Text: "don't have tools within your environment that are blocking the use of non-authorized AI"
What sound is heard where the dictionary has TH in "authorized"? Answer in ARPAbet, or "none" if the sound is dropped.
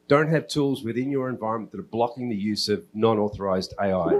TH